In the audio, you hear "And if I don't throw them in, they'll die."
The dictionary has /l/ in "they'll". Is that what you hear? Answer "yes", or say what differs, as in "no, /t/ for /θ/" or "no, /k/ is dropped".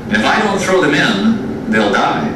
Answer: yes